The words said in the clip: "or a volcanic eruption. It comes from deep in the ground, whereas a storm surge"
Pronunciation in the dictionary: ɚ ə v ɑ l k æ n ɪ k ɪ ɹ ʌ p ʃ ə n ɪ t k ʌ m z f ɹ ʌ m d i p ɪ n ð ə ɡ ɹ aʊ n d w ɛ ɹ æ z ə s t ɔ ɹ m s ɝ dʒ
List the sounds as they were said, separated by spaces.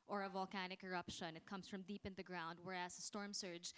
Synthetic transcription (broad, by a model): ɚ ə v ɑ l k æ n ɪ k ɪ ɹ ʌ p ʃ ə n ɪ t k ʌ m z f ɹ ʌ m d i p ɪ n ð ə ɡ ɹ aʊ n d w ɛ ɹ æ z ə s t ɔ ɹ m s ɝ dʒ